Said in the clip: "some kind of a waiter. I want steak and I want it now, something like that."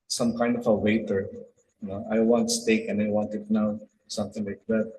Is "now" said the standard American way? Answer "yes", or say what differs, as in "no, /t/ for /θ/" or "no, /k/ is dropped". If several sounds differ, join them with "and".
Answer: yes